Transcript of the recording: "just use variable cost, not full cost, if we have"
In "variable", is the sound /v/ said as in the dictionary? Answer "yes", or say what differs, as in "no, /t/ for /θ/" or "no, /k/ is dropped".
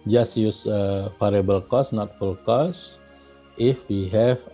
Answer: no, /f/ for /v/